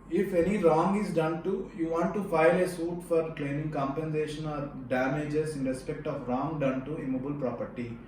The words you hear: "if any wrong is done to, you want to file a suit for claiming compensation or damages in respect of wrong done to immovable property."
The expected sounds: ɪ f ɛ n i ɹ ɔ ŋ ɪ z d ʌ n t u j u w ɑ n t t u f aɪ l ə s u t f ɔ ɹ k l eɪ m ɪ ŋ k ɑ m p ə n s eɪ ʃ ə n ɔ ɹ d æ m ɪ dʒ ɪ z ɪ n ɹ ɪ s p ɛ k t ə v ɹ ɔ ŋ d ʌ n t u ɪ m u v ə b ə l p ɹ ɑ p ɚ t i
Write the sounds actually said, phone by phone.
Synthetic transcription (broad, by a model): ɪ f ɛ n i ɹ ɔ ŋ ɪ z d ʌ n t u j u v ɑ n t t u f aɪ l ə s u t f ɔ ɹ k l eɪ m ɪ ŋ k ɑ m p ə n s eɪ ʃ ə n ɔ ɹ d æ m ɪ dʒ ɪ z ɪ n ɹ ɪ s p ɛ k t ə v ɹ ɔ ŋ d ʌ n t u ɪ m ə b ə l p ɹ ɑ p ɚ t i